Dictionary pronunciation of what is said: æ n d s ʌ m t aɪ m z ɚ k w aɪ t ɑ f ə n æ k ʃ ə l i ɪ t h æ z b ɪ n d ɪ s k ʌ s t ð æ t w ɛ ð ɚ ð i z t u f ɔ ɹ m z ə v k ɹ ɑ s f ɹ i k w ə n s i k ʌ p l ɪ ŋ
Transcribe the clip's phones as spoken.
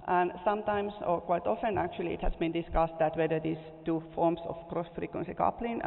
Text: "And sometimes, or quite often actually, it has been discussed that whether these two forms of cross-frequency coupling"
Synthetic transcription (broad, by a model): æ n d s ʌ m t aɪ m s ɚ k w aɪ t ɑ f ə n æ k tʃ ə l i ɪ t h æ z b ɪ n d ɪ s k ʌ s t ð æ t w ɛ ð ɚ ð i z t u f ɔ ɹ m s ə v k ɹ ɑ s f ɹ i k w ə n s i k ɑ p l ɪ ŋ